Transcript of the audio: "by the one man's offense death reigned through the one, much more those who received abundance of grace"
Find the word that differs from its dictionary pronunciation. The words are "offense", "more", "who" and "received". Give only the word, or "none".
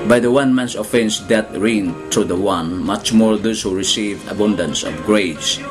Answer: received